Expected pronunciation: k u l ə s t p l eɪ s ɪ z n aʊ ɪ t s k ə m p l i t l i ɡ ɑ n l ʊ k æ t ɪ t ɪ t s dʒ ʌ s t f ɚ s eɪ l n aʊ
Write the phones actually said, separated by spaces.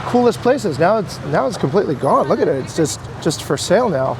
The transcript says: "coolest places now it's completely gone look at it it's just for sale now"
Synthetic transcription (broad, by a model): k u l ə s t p l eɪ s ɪ z n aʊ ɪ t s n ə m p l i t l i ɡ ɑ n l ʊ k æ t ɪ t ɪ t s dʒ ʌ s t f ɚ s eɪ l n aʊ